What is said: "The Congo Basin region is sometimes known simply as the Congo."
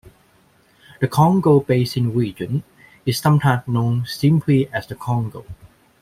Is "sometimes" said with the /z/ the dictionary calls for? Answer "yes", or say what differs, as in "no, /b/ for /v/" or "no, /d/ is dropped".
no, /z/ is dropped